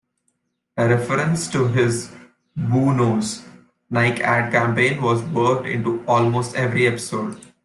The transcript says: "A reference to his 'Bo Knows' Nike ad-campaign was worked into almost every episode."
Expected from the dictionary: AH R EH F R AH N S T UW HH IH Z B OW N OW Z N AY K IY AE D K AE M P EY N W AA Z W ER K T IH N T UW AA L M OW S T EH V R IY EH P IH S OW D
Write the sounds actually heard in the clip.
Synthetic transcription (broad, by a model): AH R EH F R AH N S T UW HH IH Z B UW N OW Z N AY K AE D K AE M P EY N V AA Z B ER T IH N T UW AA L M OW S T EH V R IY EH P IH S OW D